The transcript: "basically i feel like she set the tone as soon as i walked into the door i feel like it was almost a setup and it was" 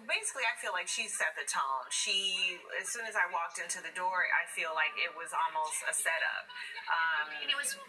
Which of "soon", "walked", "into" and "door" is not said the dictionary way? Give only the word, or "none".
none